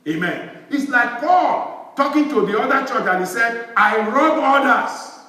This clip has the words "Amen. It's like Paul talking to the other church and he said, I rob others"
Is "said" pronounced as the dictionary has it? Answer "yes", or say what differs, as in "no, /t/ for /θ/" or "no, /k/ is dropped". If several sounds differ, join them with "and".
yes